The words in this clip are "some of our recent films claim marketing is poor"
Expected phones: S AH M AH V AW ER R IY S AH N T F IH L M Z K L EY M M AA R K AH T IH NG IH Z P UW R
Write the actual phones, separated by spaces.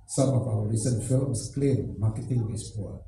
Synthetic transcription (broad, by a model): S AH M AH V AW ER R IY S AH N T F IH L M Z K L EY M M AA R K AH T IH NG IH S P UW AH